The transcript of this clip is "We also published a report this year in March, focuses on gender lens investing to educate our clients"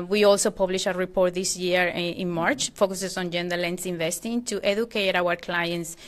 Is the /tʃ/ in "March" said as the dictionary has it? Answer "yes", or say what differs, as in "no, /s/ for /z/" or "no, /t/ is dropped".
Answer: yes